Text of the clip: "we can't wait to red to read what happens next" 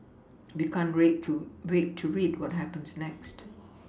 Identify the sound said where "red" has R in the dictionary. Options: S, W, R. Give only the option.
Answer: W